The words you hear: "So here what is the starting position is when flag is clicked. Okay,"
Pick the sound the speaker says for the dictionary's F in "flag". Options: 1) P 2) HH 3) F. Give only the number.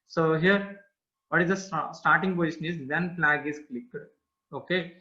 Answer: 1